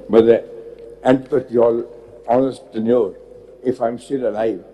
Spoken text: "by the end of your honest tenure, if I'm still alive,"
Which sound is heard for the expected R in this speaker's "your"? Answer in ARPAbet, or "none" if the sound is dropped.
L